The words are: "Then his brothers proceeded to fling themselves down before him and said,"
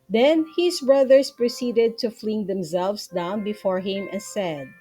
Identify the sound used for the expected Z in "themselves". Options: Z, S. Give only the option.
S